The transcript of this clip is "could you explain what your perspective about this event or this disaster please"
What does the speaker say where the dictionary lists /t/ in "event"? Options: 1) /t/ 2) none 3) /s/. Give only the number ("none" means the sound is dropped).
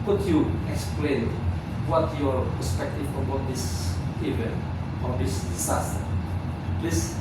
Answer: 2